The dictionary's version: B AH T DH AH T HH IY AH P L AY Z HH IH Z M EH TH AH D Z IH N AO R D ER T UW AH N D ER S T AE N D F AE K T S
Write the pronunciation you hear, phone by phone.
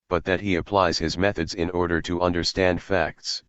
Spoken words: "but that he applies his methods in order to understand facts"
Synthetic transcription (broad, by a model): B AH T DH AH T HH IY AH P L AY Z HH IH Z M EH TH AH D Z IH N AO R D ER T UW AH N D ER S T AE N D F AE K T S